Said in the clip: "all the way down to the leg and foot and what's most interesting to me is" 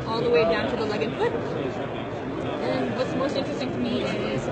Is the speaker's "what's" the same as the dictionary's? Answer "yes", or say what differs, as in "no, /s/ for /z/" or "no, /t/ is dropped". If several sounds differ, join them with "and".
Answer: yes